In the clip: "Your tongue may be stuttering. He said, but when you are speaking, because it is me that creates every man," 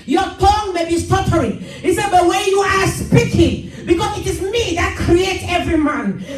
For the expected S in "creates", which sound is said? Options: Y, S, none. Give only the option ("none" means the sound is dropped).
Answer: none